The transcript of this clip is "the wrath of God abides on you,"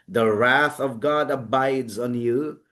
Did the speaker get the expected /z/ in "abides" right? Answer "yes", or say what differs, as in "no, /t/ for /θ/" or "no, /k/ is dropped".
yes